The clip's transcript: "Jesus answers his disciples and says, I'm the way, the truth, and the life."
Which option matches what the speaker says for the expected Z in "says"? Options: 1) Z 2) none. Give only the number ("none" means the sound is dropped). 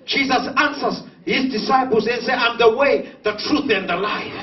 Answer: 2